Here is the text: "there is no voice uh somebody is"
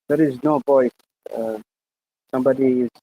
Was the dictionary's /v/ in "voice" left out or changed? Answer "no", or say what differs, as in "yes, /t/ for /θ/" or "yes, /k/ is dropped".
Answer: yes, /p/ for /v/